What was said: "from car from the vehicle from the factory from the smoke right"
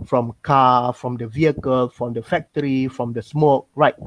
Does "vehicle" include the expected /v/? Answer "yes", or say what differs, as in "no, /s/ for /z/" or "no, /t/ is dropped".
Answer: yes